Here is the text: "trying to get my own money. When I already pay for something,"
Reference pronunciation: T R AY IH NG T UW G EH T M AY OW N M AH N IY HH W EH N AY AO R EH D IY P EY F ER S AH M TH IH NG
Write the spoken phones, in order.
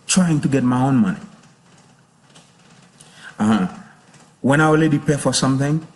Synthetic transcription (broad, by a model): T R AY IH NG T UW G EH T M AY OW N M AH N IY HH W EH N AY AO L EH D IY P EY F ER S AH M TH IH NG